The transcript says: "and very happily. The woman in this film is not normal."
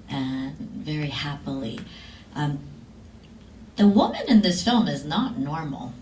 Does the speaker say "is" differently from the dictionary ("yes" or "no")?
no